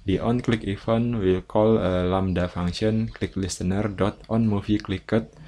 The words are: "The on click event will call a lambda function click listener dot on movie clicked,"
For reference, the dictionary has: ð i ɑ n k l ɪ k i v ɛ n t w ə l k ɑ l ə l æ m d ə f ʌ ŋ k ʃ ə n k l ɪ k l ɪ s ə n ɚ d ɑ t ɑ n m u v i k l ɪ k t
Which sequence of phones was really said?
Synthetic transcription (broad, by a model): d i ɑ n k l ɪ k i f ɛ n w ə l k ɑ l ə l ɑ m d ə f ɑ ŋ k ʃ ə n k l ɪ k l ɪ s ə n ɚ d ɑ t ɑ n m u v i k l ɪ k t